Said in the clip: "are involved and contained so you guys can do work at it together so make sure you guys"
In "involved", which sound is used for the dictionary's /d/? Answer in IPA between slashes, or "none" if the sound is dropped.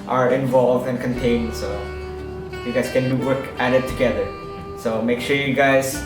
/d/